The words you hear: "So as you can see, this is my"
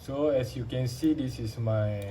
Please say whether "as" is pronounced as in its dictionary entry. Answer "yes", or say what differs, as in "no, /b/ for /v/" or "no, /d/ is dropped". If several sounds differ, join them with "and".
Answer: no, /s/ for /z/